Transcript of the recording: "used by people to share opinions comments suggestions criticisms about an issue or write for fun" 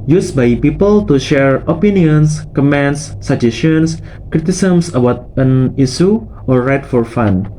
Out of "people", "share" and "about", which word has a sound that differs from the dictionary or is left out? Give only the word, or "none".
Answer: none